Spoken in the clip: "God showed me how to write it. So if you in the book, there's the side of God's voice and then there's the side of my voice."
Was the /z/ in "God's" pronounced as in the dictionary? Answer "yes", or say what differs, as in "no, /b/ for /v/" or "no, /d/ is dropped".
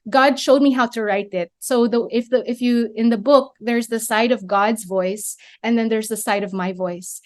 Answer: yes